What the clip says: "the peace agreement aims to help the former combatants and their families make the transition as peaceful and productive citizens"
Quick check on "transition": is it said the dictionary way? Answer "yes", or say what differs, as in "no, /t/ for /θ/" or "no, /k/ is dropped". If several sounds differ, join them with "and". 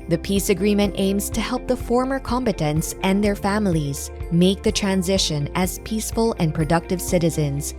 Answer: yes